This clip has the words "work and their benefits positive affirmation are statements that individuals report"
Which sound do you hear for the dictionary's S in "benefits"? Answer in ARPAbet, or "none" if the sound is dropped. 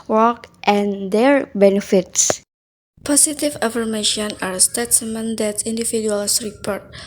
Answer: S